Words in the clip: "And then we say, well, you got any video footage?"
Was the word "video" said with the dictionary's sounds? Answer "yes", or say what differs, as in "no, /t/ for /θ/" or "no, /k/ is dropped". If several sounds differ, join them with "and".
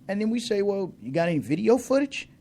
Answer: yes